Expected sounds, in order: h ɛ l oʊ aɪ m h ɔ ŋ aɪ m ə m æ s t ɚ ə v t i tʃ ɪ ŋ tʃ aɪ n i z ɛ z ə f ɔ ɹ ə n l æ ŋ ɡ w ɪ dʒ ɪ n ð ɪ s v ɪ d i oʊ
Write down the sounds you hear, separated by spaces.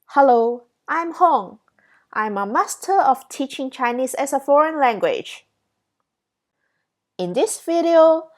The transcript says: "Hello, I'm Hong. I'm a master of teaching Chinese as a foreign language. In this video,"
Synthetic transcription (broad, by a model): h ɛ l oʊ aɪ m h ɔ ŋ aɪ m ə m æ s t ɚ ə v t i tʃ ɪ ŋ tʃ aɪ n i s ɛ s ə f ɔ ɹ ə n l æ ŋ ɡ w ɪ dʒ ɪ n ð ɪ s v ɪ d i oʊ